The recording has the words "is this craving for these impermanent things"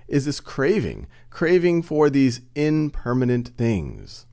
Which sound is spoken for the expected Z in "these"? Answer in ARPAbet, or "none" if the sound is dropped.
Z